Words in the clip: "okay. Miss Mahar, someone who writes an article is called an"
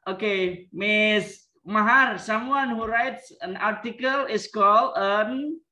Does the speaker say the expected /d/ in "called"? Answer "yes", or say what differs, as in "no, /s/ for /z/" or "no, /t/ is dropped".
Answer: no, /d/ is dropped